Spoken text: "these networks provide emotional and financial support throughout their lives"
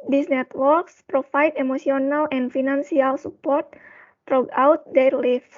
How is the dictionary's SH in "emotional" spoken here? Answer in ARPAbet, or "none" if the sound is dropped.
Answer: S